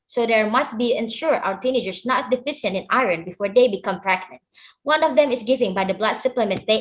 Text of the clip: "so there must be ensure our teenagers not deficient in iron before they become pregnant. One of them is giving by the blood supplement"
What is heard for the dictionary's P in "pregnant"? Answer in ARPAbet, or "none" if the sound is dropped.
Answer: F